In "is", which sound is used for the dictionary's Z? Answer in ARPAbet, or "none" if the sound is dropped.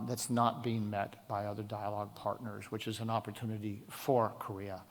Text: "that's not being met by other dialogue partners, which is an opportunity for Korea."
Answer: Z